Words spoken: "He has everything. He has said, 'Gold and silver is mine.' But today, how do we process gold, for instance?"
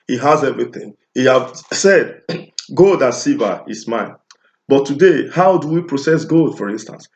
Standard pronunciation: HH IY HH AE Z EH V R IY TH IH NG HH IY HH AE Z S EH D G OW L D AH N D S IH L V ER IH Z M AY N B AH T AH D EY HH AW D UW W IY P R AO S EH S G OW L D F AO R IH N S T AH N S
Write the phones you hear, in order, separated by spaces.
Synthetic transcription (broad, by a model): HH IY HH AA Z EH V R IY TH IH NG HH IY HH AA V S EH D G OW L D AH S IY V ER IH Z M AY N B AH T AH D EY HH AW D UW W IY P R AO S EH S G OW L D F AO R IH N S T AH N S